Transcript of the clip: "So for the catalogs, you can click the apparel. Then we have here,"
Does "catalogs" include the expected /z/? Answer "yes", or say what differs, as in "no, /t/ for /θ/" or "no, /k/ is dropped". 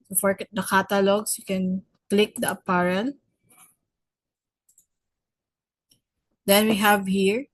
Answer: no, /s/ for /z/